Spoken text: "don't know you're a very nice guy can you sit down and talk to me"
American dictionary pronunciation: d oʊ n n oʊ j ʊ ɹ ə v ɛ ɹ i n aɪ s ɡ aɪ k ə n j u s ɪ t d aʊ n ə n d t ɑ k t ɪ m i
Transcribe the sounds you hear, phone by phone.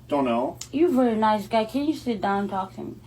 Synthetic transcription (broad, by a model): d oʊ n n oʊ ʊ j ə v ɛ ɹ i n aɪ s ɡ aɪ k ə n j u s ɪ t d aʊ ə n t ɑ k t ɪ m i